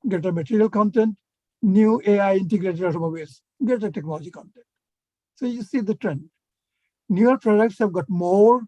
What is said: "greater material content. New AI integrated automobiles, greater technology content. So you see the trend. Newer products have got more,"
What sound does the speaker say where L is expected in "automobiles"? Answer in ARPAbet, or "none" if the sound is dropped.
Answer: none